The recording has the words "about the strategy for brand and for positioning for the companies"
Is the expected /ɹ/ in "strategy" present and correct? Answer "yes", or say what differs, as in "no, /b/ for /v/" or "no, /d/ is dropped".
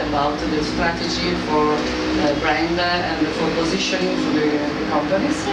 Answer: yes